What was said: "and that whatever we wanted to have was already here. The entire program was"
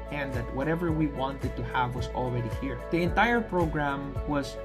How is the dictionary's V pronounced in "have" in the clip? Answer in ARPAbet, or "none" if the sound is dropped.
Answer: V